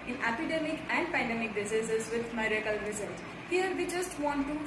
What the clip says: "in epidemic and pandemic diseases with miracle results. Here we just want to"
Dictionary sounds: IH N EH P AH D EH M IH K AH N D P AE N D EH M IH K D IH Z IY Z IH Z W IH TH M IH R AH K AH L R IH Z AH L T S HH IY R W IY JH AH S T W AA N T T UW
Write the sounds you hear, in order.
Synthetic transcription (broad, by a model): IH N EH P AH D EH M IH K AH N D P AE N D EH M IH K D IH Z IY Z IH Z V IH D M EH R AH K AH L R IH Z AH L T HH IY R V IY JH AH S T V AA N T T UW